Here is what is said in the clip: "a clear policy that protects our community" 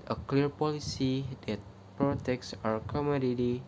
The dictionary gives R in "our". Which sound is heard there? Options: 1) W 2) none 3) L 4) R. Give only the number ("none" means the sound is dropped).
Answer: 4